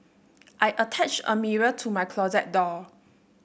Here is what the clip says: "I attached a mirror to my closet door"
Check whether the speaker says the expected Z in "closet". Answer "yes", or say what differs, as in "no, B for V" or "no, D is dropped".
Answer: yes